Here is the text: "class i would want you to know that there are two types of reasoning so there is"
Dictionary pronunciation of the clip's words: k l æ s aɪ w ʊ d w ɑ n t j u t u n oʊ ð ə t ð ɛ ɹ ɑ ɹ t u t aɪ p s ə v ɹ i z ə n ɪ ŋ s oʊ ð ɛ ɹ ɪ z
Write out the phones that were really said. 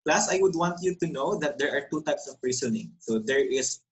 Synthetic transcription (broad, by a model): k l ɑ s aɪ w ʊ d w ɑ n t j u t u n oʊ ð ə t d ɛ ɹ ɑ ɹ t u t aɪ p s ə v ɹ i s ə n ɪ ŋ s oʊ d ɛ ɹ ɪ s